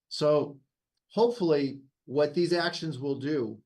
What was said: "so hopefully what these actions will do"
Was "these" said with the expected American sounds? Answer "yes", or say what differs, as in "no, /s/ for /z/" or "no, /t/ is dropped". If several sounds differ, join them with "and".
yes